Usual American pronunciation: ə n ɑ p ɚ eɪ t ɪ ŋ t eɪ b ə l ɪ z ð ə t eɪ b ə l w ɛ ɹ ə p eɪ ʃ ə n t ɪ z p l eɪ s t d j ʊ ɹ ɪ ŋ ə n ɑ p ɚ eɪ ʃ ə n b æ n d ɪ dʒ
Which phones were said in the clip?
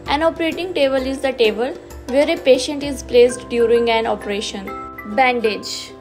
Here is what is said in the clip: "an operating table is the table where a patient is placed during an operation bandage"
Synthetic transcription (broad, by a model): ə n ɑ p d eɪ t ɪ ŋ t eɪ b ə l ɪ z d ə t eɪ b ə l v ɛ ɹ ə p eɪ ʃ ə n t ɪ z p l eɪ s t d j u ɹ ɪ ŋ ə n ɑ p ɚ eɪ ʃ ə n b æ n d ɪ dʒ